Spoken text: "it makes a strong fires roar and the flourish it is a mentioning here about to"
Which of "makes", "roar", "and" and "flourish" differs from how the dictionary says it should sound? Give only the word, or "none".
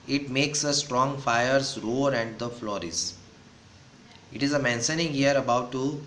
flourish